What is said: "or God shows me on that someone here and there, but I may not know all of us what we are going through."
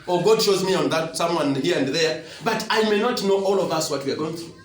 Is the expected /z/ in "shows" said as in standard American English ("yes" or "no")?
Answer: yes